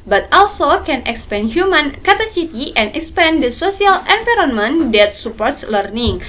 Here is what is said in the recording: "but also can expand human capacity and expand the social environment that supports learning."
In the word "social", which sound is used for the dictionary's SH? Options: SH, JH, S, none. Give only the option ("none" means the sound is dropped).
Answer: S